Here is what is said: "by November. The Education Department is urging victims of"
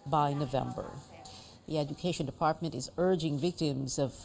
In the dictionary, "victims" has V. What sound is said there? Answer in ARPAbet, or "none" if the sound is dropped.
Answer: V